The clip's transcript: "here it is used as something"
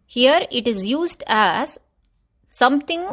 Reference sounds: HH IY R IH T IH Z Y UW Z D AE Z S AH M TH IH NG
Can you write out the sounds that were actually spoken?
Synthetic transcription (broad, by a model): HH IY R IH T IH Z Y UW Z D AE Z S AH M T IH NG